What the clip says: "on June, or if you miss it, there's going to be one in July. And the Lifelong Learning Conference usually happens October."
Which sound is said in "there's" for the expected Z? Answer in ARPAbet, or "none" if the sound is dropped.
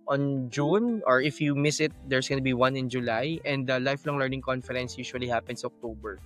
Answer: S